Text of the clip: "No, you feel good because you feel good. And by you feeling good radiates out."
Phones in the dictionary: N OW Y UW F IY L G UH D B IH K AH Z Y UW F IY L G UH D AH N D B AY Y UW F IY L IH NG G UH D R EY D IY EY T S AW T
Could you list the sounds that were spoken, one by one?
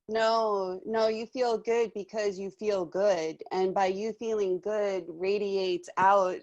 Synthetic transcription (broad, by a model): N OW Y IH F IY L G UH D B IH K AH Z Y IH F IY L G UH D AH N B AY Y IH F IY L IH NG G UH D R EY D IY EY T S AW T